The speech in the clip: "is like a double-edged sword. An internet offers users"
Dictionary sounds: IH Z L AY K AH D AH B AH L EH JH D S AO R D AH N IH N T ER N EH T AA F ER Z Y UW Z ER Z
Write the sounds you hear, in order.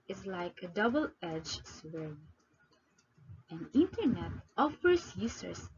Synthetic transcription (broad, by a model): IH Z L AY K AH D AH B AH L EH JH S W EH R AH N IH N T ER N EH T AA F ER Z Y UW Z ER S